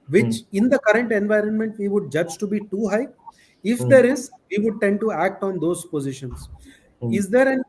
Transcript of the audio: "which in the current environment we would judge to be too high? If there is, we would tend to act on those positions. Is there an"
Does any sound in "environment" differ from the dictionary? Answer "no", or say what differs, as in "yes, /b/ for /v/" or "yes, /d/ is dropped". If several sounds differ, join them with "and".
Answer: no